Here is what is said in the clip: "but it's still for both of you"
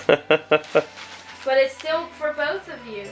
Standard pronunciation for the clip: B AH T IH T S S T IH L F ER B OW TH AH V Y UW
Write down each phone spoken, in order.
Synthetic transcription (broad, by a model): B AH T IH T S S T IH L F ER B OW TH AH V Y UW